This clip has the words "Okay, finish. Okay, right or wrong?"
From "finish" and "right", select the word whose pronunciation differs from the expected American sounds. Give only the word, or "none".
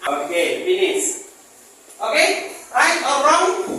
finish